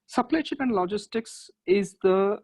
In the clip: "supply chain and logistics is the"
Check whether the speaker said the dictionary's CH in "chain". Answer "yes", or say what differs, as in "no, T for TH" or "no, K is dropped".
no, SH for CH